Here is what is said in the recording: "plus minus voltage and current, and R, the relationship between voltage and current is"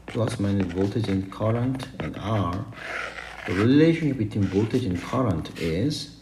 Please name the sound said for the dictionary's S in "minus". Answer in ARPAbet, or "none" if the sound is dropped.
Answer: none